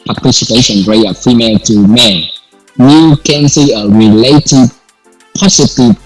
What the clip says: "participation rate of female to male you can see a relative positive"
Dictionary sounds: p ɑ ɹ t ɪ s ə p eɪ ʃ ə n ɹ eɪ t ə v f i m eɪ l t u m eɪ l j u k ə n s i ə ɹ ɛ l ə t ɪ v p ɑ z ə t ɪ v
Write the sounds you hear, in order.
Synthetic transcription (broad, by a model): p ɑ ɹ t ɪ s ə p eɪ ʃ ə n ɹ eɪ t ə f i m eɪ l t u m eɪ n j u k ə n s i ə ɹ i l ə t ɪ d p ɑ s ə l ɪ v